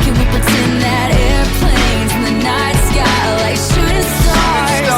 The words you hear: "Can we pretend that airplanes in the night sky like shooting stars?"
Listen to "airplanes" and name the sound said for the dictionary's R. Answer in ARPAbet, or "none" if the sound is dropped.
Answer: R